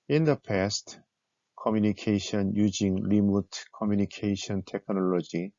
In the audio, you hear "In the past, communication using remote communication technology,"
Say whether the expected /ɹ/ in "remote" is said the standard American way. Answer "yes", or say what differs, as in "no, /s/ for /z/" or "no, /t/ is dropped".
no, /l/ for /ɹ/